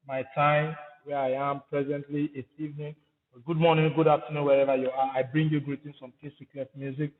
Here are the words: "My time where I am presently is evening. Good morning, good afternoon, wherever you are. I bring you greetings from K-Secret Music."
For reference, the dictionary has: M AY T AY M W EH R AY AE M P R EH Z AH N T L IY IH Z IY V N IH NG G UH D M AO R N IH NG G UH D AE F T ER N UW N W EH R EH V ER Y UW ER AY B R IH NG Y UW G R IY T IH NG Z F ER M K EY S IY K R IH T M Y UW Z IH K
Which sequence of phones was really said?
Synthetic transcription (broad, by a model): M AY T AY M W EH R AY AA M P R EH Z AH N T L IY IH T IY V N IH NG G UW D M AO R N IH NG G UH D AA P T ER N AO W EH R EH V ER Y UW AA AY B R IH NG Y UW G R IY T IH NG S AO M K EY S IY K L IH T M Y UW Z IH K